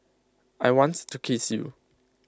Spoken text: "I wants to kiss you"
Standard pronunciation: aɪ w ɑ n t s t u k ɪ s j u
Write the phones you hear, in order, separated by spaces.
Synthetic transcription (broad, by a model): aɪ w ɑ n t t u k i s j u